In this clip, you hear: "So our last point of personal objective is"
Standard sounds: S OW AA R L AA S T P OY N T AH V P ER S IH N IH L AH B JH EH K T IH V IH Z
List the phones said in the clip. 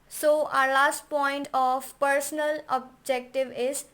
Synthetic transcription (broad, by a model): S OW AA R L AA S T P OY N T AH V P ER S IH N IH L AH B JH EH K T IH V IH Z